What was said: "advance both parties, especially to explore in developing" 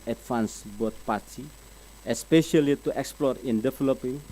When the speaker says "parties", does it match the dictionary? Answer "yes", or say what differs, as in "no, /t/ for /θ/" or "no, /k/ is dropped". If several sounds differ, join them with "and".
no, /z/ is dropped